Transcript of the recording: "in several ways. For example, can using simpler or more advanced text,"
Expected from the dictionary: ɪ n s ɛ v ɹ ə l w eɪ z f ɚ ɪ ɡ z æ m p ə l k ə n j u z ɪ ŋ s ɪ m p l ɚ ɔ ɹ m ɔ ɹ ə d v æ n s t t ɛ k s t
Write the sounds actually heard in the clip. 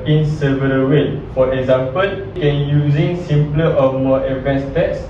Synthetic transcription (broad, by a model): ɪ n s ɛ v ə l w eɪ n f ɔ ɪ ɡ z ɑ m p ə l k ə n j u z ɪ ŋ s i m p l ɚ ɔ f m ɔ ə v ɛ n s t t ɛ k s